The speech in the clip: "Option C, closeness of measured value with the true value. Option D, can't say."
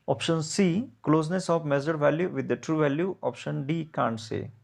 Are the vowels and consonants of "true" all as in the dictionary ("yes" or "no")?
yes